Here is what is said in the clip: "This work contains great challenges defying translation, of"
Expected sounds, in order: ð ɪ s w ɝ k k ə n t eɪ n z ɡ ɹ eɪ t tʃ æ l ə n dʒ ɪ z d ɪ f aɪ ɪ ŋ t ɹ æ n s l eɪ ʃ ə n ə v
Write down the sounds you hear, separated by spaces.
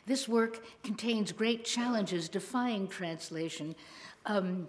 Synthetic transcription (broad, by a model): ð ɪ s w ɝ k k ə n t eɪ n z ɡ ɹ eɪ t tʃ æ l ə n dʒ ɪ z d ɪ f aɪ ɪ ŋ t ɹ æ n s l eɪ ʃ ə n